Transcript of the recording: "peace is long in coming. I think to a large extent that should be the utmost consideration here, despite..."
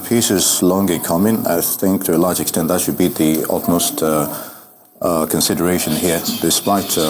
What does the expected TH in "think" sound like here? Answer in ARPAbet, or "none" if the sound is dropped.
TH